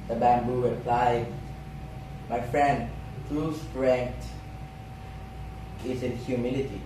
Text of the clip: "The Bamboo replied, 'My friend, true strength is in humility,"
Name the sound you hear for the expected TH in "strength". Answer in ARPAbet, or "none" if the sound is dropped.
T